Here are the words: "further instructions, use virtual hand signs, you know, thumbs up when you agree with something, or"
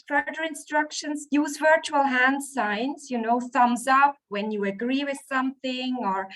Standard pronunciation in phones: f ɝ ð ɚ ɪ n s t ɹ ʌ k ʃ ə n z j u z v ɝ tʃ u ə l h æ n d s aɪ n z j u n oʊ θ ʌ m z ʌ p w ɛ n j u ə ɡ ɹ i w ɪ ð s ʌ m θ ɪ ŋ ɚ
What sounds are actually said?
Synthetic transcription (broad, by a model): f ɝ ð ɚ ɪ n s t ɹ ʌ k ʃ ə n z j u z v ɝ tʃ u ə l h æ n d s aɪ n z j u n oʊ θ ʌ m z ʌ p w ɛ n j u ə ɡ ɹ i w ɪ ð s ʌ m θ ɪ ŋ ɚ